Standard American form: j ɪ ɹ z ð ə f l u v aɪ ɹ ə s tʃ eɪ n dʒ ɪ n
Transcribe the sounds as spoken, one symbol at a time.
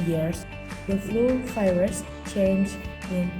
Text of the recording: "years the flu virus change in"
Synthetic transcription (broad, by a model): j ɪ ɹ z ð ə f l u f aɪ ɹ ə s tʃ eɪ n dʒ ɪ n